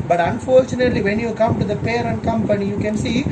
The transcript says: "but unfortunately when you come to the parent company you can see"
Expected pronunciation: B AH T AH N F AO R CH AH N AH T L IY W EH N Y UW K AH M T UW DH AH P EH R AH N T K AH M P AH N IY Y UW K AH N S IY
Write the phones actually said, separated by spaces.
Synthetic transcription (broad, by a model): B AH T AH N F AO R CH AH N AH T L IY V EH N Y UW K AH M T UW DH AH P EH R AH N T K AH M P AH N IY Y UW K AH N S IY